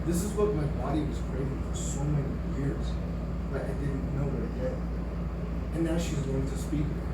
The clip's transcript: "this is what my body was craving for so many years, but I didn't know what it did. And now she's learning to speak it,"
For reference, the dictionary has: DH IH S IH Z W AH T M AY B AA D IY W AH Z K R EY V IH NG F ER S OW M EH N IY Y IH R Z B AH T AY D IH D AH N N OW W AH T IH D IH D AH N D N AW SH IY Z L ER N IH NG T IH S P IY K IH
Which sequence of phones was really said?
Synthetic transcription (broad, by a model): DH IH S IH Z W AH T M AY B AA D IY W AH Z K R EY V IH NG F ER S OW M EH N IY Y IH R Z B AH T AY D IH D N N OW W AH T IH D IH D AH N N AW SH IY Z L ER IH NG T IH S P IY K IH